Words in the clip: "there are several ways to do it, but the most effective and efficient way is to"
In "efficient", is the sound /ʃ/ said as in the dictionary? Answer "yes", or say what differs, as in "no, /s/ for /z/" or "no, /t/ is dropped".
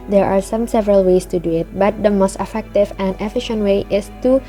yes